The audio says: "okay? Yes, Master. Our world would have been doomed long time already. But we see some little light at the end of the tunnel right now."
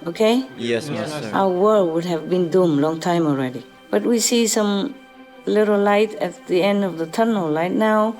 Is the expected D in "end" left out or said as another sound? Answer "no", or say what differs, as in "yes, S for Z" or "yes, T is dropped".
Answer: no